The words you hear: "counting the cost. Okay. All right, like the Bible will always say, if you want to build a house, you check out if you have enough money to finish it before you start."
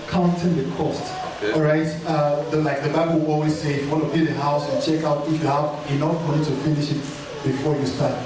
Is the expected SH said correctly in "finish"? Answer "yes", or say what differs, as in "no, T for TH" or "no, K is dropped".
yes